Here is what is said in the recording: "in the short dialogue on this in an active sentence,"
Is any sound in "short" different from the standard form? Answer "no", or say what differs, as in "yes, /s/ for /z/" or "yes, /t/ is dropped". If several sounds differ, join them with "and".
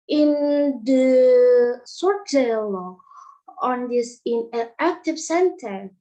yes, /s/ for /ʃ/